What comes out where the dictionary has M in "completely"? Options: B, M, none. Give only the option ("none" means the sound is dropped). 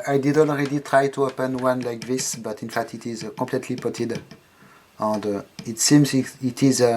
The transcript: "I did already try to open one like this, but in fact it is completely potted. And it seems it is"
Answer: none